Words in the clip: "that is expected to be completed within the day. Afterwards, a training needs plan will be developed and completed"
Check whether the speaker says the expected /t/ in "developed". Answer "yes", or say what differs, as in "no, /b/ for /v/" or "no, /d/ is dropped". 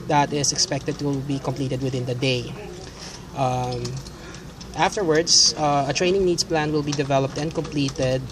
yes